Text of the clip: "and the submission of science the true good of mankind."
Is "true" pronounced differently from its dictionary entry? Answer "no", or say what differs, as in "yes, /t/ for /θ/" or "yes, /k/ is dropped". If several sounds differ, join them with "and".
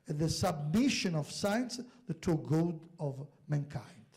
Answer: yes, /ɹ/ is dropped